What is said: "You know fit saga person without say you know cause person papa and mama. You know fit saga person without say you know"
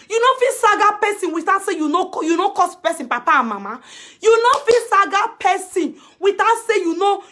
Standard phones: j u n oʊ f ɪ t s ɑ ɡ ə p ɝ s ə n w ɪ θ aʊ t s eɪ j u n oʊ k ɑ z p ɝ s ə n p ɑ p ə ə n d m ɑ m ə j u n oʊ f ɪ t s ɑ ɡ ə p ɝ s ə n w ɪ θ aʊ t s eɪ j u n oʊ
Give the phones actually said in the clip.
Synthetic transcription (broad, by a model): j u n oʊ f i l s ɑ ɡ ə p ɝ s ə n w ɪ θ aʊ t s eɪ j u n oʊ k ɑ s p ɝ s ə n p ɑ p ə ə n m ɑ m ə j u n oʊ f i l s ɑ ɡ ə p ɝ s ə n w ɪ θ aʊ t s eɪ j u n oʊ